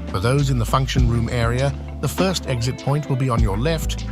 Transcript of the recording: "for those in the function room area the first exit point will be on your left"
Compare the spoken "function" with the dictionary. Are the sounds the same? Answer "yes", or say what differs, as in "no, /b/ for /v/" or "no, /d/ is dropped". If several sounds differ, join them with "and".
yes